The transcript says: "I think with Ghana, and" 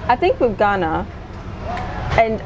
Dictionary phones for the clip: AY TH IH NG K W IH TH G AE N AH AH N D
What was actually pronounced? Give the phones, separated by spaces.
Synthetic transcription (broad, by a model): AY TH IH NG K W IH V G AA N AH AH N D